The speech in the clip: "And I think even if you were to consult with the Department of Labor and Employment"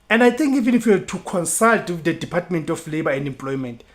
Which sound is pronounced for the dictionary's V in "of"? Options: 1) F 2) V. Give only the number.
1